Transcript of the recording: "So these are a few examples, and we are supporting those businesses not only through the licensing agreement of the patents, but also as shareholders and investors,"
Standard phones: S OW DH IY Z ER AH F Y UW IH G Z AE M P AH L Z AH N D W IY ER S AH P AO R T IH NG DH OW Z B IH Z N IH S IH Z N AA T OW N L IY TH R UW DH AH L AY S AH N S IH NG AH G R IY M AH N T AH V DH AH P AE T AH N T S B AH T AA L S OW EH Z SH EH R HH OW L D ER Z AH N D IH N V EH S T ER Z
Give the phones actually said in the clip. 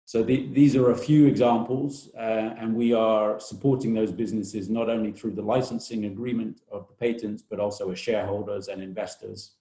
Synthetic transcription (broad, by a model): S OW DH IY Z ER AH F Y UW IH G Z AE M P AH L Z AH N W IY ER S AH P AO R T IH NG DH OW Z B IH Z N IH S IH Z N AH T OW N L IY TH R UW DH AH L AY S AH N S IH NG AH G R IY M AH N T AH V DH AH P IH T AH N T S B AH T AA L S OW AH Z SH EH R HH OW L D ER Z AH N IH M V EH S T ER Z